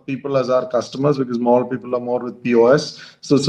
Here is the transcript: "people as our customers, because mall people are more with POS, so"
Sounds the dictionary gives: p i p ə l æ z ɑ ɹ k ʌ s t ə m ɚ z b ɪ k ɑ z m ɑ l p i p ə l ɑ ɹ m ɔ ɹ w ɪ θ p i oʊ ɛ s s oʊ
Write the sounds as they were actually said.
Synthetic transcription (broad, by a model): p i p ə l æ z ɑ ɹ k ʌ s t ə m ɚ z b ɪ k ɑ z m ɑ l p i p ə l ɑ ɹ m ɔ ɹ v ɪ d p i oʊ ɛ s s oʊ